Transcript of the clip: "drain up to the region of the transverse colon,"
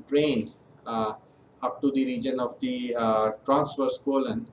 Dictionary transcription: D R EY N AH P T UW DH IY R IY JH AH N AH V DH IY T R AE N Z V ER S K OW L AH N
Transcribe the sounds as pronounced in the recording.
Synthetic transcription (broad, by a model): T R EY N AH P T UW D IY R IY JH AH N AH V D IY T R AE N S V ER S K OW L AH N